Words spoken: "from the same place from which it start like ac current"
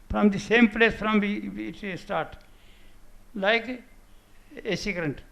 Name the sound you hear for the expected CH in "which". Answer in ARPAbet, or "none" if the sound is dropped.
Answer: none